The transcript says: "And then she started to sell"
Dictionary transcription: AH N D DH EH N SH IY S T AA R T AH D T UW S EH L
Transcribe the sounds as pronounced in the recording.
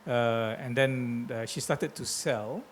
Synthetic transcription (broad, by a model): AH N D EH N SH IY S T AA T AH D T UW S EH L